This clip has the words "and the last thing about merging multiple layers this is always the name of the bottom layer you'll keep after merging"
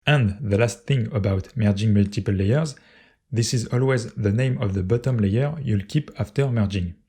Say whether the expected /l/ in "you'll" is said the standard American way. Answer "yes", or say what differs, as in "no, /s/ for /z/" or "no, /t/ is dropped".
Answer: yes